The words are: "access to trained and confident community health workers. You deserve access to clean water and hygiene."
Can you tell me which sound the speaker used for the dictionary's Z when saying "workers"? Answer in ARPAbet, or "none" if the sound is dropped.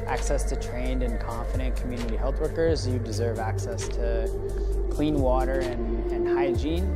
Z